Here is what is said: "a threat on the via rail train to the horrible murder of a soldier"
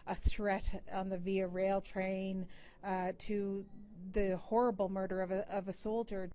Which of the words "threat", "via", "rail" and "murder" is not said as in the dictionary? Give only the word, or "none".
none